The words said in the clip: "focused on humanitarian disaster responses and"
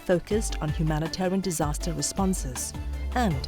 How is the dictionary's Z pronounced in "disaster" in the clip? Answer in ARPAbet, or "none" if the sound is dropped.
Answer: Z